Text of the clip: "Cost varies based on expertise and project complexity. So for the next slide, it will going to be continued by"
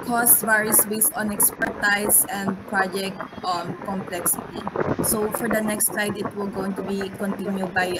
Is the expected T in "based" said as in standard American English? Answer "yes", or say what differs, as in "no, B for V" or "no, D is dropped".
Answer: no, T is dropped